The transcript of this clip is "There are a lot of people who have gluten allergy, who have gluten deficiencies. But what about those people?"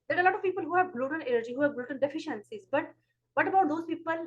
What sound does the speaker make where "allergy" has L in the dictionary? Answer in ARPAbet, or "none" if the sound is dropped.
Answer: N